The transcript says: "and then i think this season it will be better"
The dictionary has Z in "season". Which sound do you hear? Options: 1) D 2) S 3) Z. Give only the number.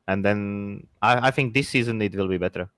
3